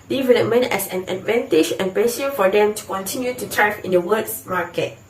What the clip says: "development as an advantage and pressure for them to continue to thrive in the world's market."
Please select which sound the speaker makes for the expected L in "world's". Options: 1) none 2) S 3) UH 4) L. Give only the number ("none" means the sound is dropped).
1